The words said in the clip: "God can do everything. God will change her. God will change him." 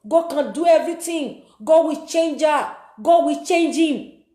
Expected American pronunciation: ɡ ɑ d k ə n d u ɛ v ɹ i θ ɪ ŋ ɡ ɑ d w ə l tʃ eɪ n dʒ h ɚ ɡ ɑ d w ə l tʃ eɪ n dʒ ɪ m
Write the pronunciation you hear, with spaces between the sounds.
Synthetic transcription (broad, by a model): ɡ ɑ k ə n d u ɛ v ɹ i t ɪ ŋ ɡ ɑ d w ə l tʃ eɪ n dʒ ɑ ɡ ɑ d w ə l tʃ eɪ n dʒ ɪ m